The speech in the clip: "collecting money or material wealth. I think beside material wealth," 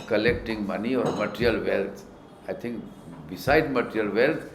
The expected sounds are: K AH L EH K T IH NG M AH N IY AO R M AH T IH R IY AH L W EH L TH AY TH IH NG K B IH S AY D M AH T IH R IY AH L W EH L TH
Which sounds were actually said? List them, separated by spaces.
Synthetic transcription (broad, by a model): K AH L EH K T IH NG M AH N IY AO R M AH T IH R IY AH L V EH L T AY T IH NG K B IH S AY D M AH T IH R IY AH L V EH L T